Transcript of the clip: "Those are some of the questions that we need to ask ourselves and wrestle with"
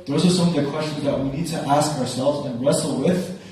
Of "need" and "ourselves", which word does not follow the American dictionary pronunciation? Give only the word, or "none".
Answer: none